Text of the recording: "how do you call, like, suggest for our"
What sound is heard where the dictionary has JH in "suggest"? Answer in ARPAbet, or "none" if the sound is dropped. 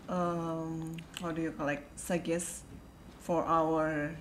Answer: none